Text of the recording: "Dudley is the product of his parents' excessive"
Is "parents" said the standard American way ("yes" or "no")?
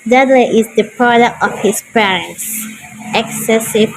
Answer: yes